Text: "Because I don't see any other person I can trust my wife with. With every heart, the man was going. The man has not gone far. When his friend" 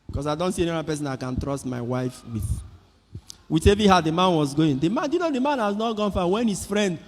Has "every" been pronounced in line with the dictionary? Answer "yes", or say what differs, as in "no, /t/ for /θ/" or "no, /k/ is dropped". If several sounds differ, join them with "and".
no, /ɹ/ is dropped